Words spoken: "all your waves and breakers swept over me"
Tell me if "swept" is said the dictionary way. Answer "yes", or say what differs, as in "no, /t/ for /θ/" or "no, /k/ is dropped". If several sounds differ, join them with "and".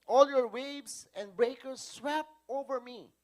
no, /t/ is dropped